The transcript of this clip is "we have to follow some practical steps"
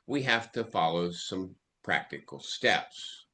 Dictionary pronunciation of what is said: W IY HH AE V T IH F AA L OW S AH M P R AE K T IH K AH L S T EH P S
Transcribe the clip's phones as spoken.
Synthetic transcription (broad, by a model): W IY HH AE F T IH F AA L OW S AH M P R AE K T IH K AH L S T EH P S